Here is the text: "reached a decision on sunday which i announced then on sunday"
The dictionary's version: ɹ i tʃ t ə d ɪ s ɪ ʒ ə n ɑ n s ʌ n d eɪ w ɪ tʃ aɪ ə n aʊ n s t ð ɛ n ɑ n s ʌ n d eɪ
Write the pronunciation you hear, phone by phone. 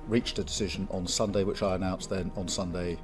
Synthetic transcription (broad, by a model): ɹ i tʃ ə d ɪ s ɪ ʒ ə n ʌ n s ʌ n d eɪ w ɪ tʃ aɪ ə n aʊ n s ð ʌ n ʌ n s ʌ n d eɪ